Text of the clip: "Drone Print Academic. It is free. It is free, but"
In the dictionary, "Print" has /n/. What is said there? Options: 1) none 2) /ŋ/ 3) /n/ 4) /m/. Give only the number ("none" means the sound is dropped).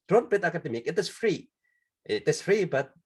1